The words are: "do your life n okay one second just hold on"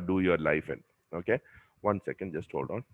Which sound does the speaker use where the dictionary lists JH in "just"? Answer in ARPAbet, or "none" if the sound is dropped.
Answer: JH